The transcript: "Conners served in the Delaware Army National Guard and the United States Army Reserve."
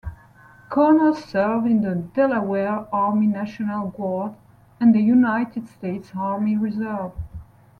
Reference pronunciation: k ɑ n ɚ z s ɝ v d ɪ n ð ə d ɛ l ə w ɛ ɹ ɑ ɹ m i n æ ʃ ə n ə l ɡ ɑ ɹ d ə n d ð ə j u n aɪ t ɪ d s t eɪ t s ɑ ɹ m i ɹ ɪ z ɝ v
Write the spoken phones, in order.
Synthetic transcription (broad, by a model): k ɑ n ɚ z s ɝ v ɪ n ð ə d ɛ l ə w ɛ ɹ ɑ ɹ m i n æ ʃ ə n ə l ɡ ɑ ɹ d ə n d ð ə j u n aɪ t ɪ d s t eɪ t s ɑ ɹ m i ɹ ɪ z ɝ v